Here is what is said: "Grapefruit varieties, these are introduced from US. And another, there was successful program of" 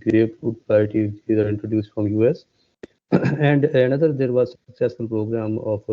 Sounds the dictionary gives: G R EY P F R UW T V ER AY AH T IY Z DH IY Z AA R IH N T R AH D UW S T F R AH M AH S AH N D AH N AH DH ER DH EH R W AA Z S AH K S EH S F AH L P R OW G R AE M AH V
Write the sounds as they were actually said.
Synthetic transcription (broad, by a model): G R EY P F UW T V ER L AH T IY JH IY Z AA R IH N T R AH D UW S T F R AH M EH S AH N D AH N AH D ER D EH R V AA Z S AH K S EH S AH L P R OW G R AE M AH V